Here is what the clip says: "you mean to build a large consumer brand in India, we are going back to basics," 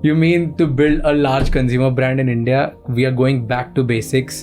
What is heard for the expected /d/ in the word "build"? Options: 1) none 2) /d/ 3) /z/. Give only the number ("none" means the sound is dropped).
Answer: 2